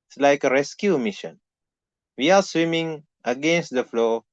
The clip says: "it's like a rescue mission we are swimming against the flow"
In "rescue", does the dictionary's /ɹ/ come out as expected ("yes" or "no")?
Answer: yes